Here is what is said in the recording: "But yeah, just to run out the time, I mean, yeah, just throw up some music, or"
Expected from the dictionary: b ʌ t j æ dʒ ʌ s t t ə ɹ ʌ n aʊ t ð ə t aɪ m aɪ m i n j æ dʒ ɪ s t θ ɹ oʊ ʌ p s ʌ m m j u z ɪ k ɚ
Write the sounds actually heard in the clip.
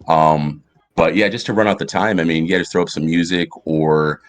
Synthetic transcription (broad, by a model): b ʌ t j æ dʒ ʌ s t t ə ɹ ʌ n aʊ t ð ə t aɪ m aɪ m i n j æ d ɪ θ ɹ oʊ ʌ p s ʌ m m j u z ɪ k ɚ